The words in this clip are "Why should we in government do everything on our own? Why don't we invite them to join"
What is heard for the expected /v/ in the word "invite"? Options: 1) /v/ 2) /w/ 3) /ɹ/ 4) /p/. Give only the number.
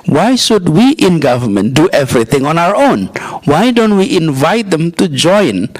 1